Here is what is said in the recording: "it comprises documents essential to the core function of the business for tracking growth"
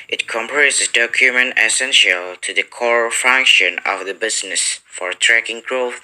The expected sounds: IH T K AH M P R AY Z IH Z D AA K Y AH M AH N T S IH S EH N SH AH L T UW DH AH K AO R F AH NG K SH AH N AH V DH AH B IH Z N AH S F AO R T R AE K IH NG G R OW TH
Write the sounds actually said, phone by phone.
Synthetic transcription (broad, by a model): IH T K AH M P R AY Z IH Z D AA K Y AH M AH N T IH S EH N SH AH L T UW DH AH K AO R F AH NG K SH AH N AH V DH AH B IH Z N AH S F AO R T R AE K IH NG G R OW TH